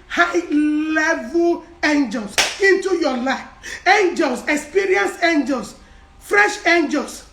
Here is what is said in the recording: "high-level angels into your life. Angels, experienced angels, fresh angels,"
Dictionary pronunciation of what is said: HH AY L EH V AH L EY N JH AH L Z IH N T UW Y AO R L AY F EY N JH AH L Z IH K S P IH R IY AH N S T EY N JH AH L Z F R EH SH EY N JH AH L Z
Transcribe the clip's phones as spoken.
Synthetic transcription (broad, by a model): HH AY L EH V AH L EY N JH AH L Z IH N T UW Y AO L AY F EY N JH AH L S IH K S P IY R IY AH N S EY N JH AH L S F R EH SH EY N JH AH L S